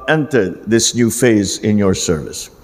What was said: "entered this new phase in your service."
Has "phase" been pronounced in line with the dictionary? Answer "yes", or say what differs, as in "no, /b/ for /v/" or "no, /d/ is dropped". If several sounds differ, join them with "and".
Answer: yes